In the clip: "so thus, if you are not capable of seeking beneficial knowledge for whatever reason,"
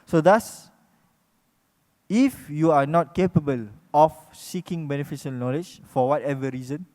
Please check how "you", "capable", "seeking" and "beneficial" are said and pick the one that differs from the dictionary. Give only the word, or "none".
beneficial